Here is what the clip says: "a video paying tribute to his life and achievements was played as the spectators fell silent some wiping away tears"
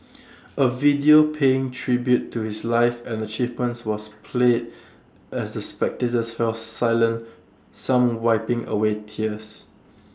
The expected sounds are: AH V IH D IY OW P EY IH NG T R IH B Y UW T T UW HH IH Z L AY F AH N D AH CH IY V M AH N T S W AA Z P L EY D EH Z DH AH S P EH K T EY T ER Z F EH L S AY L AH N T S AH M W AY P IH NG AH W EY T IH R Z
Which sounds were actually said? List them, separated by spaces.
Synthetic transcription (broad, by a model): AH V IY D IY OW P EY IH NG T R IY B Y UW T T UW HH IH S L AY F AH N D AH CH IY V M AH N T S W AA S P L EY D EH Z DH AH S P EH K T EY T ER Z F EH L S AY L AH N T S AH M W AY P IH NG AH W EY T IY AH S